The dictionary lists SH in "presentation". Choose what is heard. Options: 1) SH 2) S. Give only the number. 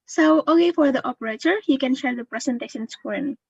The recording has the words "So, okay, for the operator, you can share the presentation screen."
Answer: 2